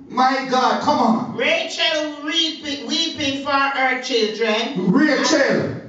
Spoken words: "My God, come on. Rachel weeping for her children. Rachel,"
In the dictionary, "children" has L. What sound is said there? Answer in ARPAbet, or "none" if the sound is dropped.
L